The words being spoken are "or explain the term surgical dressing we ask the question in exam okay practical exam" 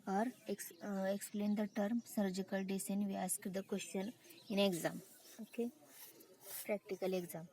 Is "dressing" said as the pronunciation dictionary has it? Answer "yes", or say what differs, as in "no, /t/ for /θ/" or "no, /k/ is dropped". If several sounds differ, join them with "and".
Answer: no, /ɹ/ is dropped